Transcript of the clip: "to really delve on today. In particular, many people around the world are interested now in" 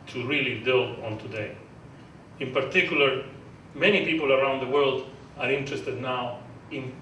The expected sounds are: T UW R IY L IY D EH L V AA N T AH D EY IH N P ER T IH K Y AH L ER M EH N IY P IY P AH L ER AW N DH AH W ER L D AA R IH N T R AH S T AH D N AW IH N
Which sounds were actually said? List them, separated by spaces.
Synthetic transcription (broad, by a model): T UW R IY L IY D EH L AA N T AH D EY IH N P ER T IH K Y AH L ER M EH N IY P IY P AH L ER AW N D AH W ER L D AA R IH N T R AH S T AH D N AW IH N